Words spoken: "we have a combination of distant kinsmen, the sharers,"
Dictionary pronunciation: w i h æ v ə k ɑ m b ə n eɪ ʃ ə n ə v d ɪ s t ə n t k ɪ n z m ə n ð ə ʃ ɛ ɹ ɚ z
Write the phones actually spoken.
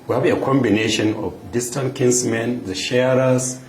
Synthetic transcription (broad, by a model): w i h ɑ b ə k ɑ m b ə n eɪ ʃ ə n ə f d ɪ s t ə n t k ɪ n s m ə n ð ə ʃ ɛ ɹ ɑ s